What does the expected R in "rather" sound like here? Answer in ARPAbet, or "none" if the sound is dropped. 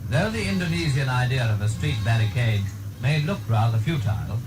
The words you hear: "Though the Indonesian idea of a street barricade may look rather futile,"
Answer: R